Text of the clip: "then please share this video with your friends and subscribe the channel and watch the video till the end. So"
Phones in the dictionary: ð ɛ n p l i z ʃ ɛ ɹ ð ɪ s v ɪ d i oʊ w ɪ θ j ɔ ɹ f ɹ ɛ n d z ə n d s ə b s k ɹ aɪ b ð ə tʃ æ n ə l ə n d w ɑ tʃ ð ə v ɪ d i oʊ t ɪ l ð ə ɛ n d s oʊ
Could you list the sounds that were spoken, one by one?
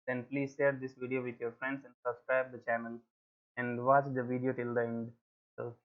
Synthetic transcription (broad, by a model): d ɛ n p l i z ʃ ɛ ɹ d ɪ s v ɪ d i oʊ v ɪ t j ɔ ɹ f ɹ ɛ n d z ə n d s ə b s k ɹ aɪ b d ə tʃ æ n ə l ə n d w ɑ tʃ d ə v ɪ d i oʊ t ɪ l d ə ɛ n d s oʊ